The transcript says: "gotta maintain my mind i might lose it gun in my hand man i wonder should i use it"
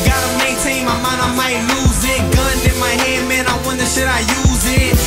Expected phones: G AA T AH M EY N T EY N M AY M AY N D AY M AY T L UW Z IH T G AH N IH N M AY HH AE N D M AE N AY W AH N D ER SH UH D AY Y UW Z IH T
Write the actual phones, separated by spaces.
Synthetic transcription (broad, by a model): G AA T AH M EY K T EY M AY M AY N AY M AY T L UW Z IH T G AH N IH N M AY HH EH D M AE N AY W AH N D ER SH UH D AY Y UW Z IH T